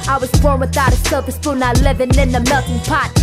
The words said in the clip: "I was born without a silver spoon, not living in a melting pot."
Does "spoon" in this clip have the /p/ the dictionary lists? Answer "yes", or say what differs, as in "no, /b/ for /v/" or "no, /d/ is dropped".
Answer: no, /f/ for /p/